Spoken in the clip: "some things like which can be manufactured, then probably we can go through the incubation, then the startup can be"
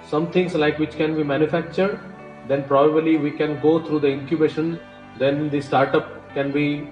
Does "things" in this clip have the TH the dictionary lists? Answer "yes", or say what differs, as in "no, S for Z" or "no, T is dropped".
no, T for TH